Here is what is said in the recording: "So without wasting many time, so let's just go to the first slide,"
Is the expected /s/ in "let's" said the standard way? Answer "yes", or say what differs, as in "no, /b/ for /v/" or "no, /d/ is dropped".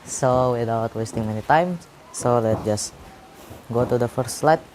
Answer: no, /s/ is dropped